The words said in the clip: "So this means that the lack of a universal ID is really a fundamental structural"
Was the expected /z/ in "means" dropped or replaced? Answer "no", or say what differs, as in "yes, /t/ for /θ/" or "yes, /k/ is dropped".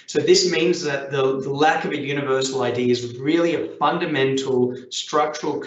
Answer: no